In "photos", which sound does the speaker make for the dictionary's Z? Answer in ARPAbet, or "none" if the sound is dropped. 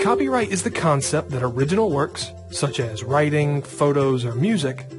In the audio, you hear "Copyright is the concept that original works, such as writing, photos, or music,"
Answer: Z